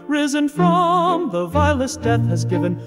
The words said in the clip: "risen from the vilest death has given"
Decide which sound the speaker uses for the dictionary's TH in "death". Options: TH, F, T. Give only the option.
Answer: TH